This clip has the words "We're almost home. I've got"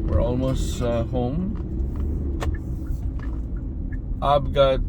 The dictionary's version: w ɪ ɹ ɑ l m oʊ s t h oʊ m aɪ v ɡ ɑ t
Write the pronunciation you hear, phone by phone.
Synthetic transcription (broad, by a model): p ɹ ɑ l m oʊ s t h oʊ m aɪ p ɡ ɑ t